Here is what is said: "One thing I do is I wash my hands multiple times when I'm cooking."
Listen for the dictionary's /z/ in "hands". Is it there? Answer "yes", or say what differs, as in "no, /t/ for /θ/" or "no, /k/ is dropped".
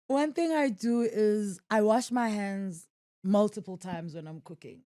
yes